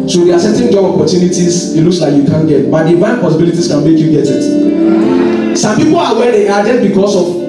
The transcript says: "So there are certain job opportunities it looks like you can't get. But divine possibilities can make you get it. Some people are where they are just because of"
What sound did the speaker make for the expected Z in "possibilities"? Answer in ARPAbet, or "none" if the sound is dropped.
S